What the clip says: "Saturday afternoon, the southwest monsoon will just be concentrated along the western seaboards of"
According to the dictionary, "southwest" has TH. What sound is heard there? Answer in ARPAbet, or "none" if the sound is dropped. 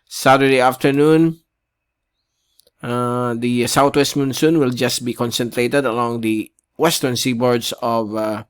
T